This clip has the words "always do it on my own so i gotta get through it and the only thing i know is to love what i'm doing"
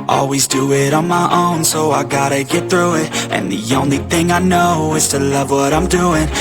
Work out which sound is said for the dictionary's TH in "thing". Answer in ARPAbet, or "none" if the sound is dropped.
TH